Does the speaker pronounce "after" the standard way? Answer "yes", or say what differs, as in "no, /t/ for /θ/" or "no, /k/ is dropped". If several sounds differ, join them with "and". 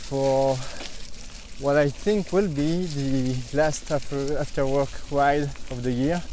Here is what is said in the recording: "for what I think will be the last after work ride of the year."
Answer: yes